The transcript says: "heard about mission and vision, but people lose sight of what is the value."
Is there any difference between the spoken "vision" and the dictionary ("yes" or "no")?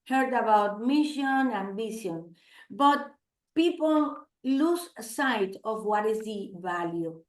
yes